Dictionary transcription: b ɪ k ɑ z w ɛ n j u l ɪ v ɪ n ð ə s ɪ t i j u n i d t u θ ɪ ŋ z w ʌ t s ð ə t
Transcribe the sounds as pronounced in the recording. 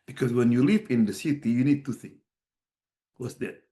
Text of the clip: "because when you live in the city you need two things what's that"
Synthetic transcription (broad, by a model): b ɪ k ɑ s w ɛ n j u l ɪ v ɪ n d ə s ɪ t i j u n i d t u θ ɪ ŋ w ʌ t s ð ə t